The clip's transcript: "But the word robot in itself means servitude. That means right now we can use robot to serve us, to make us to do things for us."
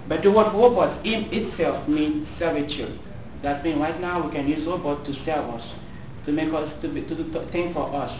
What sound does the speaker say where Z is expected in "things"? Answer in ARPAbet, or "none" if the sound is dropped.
none